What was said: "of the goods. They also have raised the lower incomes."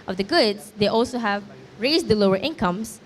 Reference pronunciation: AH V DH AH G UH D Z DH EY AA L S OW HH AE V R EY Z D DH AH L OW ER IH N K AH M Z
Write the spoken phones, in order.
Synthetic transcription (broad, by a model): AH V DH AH G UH D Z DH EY AA L S OW HH AE V R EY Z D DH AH L OW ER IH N K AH M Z